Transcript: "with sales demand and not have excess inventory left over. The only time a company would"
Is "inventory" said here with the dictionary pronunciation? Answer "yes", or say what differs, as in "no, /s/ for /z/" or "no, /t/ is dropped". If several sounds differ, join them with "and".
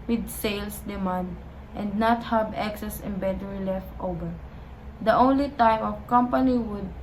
no, /b/ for /v/ and /n/ is dropped